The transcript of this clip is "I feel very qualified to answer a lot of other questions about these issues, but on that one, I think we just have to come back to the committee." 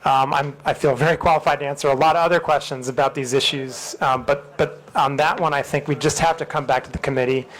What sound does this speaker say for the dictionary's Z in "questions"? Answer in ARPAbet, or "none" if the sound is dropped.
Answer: Z